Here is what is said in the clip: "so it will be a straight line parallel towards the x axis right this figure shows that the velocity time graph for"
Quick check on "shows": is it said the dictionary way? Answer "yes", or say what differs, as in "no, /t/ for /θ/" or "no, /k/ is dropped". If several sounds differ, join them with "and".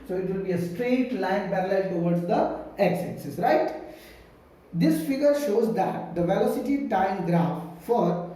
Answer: yes